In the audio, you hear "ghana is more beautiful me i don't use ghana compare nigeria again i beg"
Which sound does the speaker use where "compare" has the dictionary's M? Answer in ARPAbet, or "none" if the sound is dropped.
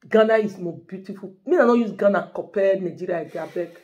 none